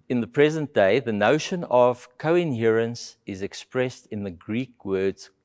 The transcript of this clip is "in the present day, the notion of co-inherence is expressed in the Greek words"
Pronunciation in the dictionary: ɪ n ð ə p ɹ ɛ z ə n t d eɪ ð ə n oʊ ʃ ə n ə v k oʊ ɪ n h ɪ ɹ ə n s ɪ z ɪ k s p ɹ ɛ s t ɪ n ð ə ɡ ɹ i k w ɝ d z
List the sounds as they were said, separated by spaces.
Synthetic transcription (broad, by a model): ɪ n ð ə p ɹ ɛ z ə n t d eɪ ð ə n oʊ ʃ ə n ə v k oʊ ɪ n h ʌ ɹ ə n s ɪ z ɪ k s p ɹ ɛ s t ɪ n ð ə ɡ ɹ i k w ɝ d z